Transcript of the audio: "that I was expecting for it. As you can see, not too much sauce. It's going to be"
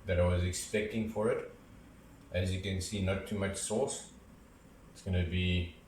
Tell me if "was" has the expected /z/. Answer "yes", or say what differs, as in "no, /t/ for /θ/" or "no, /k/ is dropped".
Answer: yes